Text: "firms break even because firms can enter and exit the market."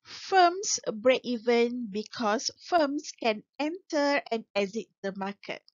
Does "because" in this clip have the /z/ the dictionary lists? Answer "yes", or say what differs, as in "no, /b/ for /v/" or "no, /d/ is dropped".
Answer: no, /s/ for /z/